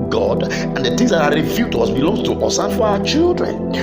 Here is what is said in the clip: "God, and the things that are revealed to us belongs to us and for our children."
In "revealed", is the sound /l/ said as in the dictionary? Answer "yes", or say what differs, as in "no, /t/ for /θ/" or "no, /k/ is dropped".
no, /l/ is dropped